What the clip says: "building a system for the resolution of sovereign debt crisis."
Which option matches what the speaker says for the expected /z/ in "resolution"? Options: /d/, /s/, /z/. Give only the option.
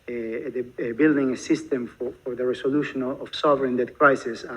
/s/